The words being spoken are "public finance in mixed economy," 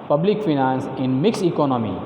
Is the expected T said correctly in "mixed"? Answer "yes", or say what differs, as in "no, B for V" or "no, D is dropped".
no, T is dropped